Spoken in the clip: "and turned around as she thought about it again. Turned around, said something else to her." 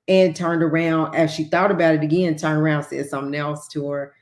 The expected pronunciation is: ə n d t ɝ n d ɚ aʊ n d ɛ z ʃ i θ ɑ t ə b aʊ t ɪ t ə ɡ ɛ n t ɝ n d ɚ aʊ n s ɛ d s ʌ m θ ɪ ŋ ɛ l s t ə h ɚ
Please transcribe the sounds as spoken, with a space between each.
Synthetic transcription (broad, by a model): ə n t ɝ n d ɚ aʊ n d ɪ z ʃ i θ ɑ t ə b aʊ t ɪ t ə ɡ ɛ n t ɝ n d ɚ aʊ n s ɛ s ʌ m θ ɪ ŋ ɛ l s t ə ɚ